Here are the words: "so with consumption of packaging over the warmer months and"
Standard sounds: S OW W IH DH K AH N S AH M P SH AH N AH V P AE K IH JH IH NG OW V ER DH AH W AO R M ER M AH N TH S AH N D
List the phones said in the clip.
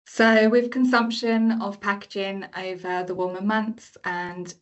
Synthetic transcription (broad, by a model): S OW W IH DH K AH N S AH M P SH AH N AH V P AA K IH JH IH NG OW V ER DH AH W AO M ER M AH N TH S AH N